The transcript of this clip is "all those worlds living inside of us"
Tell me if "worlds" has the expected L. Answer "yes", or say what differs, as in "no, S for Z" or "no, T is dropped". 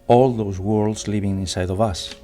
yes